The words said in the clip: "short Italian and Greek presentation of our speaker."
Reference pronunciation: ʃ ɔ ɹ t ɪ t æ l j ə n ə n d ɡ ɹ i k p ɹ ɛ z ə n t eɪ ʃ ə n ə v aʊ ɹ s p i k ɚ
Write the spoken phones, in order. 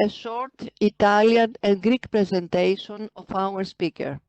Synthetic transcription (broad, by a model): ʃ ɔ ɹ t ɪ t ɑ l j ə n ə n ɡ ɹ i k p ɹ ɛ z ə n t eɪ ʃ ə n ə f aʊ ɹ s p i k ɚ